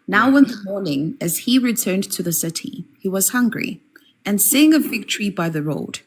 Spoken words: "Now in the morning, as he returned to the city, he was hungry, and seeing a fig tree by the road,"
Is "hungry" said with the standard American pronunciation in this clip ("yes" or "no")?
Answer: yes